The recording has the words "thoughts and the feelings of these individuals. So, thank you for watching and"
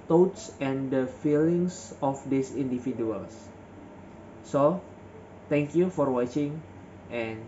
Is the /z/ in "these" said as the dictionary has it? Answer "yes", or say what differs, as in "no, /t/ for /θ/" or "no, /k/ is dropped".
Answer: no, /s/ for /z/